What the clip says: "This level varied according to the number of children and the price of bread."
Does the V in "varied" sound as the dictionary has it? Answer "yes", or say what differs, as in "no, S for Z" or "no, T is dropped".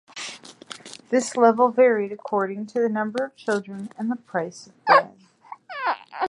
yes